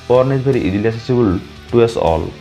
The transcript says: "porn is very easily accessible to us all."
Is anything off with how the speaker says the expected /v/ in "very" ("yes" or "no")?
yes